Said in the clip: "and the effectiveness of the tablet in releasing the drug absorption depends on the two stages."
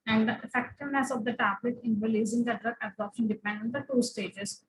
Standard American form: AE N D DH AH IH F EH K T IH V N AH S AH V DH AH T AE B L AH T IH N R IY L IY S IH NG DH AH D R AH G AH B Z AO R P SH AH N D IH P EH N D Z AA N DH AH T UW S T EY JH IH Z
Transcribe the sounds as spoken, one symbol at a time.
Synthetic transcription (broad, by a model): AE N D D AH IH F EH K T IH V N AH S AH V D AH T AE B L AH T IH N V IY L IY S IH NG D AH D R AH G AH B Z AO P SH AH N D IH P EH N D AA N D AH T UW S T EY JH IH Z